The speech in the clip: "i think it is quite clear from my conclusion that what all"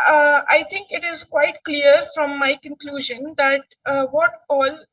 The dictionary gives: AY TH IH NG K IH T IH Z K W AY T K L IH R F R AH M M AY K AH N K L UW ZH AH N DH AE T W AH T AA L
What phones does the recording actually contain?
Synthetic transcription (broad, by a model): AY T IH NG K IH T IH Z K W AY T K L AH R F R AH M M AY K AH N K L UW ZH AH N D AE T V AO T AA L